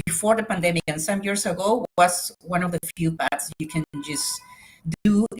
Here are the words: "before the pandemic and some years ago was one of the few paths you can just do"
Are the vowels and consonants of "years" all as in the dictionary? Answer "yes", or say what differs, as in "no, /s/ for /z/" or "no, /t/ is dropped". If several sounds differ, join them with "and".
no, /s/ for /z/